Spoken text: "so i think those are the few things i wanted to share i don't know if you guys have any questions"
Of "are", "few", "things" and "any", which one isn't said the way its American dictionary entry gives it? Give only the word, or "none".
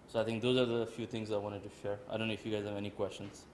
things